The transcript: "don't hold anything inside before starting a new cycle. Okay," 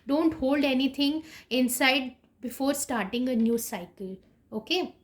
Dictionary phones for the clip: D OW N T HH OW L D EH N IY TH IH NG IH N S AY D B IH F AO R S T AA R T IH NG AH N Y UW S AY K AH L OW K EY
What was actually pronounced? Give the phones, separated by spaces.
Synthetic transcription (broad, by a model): D OW N T HH OW L D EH N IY T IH NG IH N S AY D B IH F AO R S T AA R T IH NG AH N Y UW S AY K AH L OW K EY